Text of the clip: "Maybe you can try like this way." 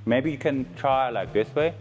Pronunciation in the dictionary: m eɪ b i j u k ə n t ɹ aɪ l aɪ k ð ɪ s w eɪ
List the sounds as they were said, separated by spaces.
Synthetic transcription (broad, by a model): m eɪ b i j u k ə n t ɹ aɪ l aɪ k ð ɪ s w eɪ